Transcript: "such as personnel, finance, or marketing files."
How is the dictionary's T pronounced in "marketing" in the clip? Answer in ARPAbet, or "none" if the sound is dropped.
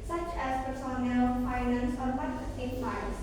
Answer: S